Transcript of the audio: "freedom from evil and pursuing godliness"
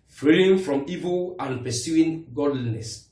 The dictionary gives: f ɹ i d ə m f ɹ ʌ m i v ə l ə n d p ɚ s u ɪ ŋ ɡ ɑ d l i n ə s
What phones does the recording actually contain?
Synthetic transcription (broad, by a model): f ɹ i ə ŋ f ɹ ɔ m i v ə l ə n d p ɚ s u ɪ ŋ ɡ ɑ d l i n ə s